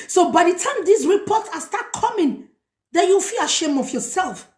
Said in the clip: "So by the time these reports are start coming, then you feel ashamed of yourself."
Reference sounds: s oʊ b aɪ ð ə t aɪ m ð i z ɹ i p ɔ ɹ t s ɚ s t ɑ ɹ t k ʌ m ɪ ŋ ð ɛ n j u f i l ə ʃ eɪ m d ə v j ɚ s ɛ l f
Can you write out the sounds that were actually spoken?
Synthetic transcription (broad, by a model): s oʊ b aɪ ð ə t aɪ m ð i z ɹ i p ɔ t s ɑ s t ɑ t k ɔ m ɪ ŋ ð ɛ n j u f i l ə ʃ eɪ m ə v j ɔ s ɛ l f